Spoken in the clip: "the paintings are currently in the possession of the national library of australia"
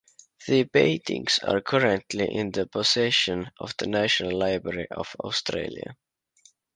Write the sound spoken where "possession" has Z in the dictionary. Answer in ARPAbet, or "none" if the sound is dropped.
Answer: S